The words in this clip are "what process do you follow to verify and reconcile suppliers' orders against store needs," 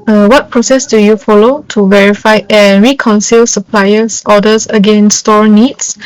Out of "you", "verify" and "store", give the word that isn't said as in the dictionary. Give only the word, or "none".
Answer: none